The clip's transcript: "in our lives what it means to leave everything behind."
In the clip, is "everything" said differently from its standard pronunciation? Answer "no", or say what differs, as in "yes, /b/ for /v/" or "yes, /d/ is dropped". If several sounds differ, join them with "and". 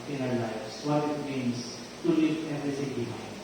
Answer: yes, /s/ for /θ/